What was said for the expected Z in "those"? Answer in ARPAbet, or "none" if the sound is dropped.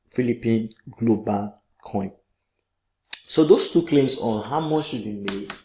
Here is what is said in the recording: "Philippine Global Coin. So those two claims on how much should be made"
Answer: S